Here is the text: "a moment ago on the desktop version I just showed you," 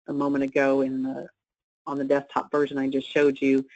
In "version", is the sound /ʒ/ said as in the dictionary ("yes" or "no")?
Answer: yes